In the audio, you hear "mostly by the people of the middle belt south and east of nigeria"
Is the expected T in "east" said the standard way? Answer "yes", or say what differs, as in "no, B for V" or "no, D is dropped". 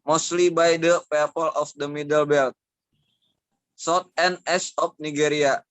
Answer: no, T is dropped